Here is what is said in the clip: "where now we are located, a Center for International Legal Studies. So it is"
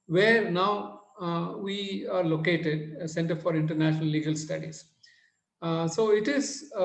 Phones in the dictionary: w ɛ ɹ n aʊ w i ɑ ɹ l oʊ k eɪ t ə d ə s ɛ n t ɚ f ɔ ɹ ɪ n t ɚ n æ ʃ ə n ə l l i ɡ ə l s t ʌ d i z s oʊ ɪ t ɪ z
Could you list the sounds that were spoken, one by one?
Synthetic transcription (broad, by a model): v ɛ ɹ n aʊ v i ɑ ɹ l oʊ k eɪ t ə d s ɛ n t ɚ f ɔ ɹ ɪ n t ɚ n æ ʃ ə n ə l l i ɡ ə l s t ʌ d i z s oʊ ɪ t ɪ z